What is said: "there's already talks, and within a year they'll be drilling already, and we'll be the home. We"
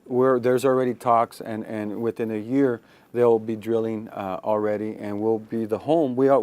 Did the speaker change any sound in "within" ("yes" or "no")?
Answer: no